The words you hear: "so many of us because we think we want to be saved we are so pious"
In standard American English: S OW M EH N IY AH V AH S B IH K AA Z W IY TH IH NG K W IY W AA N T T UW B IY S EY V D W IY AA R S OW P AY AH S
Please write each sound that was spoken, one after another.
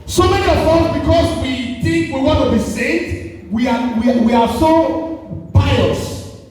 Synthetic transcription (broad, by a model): S OW M EH N IY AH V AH B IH K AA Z W IY TH IH NG K W IY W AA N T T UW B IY S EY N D W IY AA W S OW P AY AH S